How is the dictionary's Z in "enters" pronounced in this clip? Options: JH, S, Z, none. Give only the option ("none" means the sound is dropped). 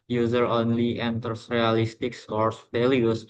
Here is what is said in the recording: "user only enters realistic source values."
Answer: S